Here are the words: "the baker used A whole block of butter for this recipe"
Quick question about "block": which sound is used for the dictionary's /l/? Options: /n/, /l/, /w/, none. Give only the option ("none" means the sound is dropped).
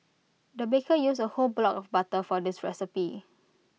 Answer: /l/